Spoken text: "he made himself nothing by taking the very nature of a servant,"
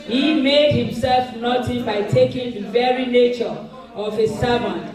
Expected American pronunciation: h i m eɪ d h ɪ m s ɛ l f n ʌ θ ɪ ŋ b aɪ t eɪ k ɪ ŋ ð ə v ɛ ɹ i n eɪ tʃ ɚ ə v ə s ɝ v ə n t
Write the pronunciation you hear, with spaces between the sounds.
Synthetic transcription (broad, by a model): h i m eɪ d h ɪ m s ɛ l f n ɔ t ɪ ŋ b aɪ t eɪ k ɪ ŋ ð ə v ɛ ɹ i n eɪ tʃ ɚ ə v ə s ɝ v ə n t